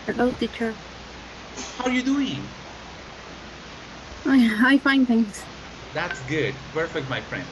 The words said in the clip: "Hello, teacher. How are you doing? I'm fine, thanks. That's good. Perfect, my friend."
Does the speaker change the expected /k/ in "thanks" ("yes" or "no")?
yes